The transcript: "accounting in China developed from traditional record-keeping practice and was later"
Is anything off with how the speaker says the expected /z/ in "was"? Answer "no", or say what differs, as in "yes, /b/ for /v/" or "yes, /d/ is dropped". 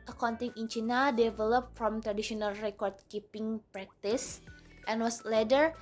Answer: yes, /s/ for /z/